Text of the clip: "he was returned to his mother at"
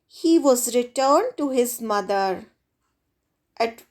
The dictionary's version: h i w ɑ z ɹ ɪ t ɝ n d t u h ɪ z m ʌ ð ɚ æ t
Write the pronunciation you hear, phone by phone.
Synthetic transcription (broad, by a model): h i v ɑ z ɹ ɪ t ɝ n d t u h ɪ z m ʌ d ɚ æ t